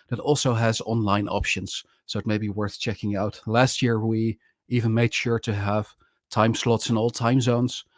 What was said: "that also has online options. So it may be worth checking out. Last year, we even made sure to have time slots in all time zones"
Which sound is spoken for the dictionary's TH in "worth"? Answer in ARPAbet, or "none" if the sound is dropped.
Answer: TH